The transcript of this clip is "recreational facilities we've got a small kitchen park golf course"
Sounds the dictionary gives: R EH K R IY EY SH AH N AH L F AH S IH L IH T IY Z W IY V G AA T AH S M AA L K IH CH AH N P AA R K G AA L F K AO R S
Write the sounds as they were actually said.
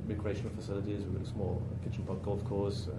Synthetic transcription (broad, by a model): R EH K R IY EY SH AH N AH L F AH S IH L IH T IY Z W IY G AA T AH S M AA L K IH CH AH N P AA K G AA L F K AO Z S